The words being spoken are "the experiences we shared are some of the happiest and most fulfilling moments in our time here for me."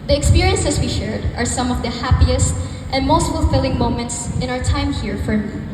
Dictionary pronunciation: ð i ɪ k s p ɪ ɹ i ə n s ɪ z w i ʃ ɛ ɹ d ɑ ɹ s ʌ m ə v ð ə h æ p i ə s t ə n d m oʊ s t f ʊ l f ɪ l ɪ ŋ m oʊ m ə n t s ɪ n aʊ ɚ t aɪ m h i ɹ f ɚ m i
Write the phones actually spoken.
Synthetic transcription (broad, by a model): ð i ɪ k s p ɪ ɹ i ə n s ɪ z w i ʃ ɛ ɹ d ɑ ɹ s ʌ m ə v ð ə h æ p i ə s t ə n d m oʊ s t f ʊ l f ɪ l ɪ ŋ m oʊ m ə n t s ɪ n aʊ ɚ t aɪ m h i ɹ f ɚ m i